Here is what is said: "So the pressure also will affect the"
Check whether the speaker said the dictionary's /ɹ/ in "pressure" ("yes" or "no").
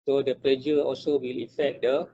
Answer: no